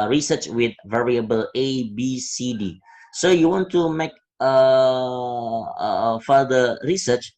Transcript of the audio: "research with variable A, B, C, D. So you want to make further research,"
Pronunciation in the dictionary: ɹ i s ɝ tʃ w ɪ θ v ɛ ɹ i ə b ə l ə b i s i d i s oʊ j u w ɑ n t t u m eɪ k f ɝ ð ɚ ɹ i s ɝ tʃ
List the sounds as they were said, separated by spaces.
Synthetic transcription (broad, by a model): ɹ i s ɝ tʃ w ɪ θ v ɛ ɹ i ə b ə l ə b i s i d i s oʊ j u w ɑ n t t u m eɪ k f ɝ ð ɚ ɹ i s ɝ tʃ